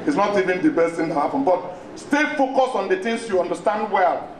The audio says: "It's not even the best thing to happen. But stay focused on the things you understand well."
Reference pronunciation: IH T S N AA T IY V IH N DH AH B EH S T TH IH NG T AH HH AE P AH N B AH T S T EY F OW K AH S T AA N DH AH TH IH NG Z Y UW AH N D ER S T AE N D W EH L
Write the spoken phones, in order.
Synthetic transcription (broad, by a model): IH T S N AA T IY V IH N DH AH B EH S T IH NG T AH HH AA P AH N B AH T S T EY F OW K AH S AA N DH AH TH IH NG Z Y UW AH N D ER S T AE N D W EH L